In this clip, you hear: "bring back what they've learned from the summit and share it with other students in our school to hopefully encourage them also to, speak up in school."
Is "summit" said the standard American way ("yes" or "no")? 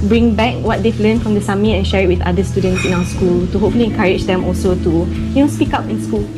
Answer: no